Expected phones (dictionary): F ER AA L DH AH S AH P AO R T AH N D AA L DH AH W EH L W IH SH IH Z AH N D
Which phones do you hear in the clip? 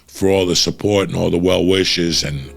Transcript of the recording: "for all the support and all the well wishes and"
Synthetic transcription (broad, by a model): F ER AA L DH AH S AH P AO R T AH N AA L DH AH W EH L W IH SH IH Z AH N